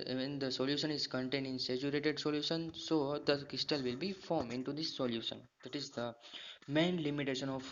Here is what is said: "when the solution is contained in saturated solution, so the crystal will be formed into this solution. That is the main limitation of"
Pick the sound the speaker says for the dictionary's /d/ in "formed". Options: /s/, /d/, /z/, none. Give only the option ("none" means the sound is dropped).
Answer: none